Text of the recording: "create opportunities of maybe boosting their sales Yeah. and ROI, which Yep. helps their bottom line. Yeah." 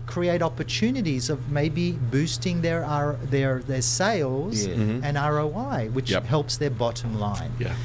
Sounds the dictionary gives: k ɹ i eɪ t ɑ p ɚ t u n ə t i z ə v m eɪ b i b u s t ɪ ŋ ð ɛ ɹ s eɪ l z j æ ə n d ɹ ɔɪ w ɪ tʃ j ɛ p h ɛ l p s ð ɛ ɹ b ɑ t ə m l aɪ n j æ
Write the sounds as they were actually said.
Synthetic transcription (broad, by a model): k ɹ i eɪ t ɑ p ɚ t u n ə t i z ə v m eɪ b i b u s t ɪ ŋ ð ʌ ɹ s eɪ l z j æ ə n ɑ ɹ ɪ w ɪ tʃ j h ɛ l p s ð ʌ ɹ b ɑ t ə m l aɪ n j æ